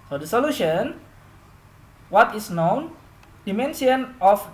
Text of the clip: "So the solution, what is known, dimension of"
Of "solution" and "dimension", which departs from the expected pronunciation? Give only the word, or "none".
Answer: dimension